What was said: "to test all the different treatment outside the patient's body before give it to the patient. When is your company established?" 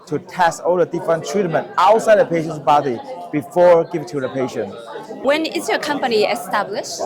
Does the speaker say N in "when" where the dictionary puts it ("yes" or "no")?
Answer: yes